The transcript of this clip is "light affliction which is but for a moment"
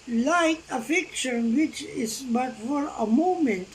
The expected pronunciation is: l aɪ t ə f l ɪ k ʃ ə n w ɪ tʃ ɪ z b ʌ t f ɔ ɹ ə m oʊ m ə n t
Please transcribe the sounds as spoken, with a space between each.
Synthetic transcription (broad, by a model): l aɪ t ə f ɪ k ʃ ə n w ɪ tʃ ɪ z b ʌ t f ɔ ɹ ə m oʊ m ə n t